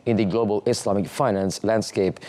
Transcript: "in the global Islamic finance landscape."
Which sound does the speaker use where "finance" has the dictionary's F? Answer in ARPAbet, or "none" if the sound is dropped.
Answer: F